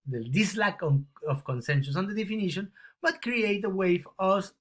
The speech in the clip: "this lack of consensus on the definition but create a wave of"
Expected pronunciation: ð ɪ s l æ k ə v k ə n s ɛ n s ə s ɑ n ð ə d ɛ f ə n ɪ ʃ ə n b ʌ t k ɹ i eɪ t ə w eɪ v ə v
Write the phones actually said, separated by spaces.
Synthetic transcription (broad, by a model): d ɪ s l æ k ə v k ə n s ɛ n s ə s ɑ n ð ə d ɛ f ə n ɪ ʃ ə n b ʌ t k ɹ i eɪ t ə w eɪ f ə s